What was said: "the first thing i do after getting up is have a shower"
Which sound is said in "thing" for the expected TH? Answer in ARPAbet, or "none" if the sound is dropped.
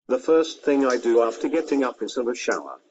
TH